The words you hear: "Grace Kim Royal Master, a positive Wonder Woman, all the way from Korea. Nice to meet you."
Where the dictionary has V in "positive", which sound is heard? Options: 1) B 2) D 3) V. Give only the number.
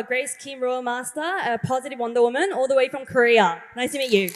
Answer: 3